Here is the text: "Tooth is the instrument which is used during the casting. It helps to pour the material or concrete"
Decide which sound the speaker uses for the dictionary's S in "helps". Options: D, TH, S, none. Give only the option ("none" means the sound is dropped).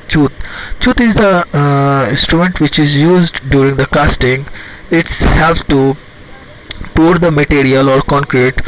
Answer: none